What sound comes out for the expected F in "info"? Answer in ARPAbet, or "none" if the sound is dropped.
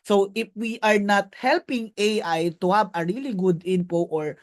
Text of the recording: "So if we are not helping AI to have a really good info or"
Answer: P